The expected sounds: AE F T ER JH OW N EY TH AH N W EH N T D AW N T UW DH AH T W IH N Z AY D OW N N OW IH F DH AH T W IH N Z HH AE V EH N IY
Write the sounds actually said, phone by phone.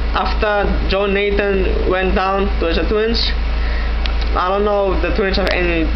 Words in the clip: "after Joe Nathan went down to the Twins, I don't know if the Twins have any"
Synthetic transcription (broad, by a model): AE F T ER JH OW N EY T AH N W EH N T D AW N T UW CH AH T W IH N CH AY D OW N N OW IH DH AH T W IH N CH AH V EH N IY